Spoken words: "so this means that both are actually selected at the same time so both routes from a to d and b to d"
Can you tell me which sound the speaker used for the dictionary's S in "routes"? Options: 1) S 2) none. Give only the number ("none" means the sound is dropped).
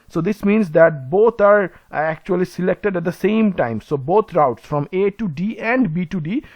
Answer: 1